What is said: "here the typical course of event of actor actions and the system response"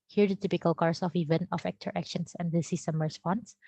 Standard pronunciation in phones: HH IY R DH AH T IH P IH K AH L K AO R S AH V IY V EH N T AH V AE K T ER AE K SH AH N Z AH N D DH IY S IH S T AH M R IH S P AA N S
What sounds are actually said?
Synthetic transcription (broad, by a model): HH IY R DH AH T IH P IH K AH L K AO R S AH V IY V EH N T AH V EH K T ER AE K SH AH N S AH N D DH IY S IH S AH M R S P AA N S